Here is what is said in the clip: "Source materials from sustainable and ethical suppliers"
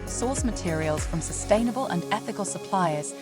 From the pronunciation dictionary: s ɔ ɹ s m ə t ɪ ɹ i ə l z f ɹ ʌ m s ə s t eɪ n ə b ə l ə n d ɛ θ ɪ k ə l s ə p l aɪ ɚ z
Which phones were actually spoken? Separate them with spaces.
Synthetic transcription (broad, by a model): s ɔ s m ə t ɪ ɹ i ə l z f ɹ ʌ m s ə s t eɪ n ə b ə l ə n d ɛ θ ɪ k ə l s ə p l aɪ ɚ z